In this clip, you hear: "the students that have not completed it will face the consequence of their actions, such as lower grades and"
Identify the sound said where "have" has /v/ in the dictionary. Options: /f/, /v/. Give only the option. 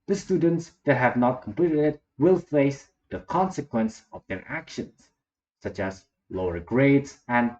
/v/